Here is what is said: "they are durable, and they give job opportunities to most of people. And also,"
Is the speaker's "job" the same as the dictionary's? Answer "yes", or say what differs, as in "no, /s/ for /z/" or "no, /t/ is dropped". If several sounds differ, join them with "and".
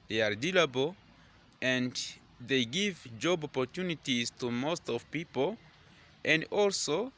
yes